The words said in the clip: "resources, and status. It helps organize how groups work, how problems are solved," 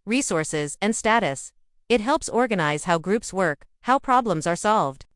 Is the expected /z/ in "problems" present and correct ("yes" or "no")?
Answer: yes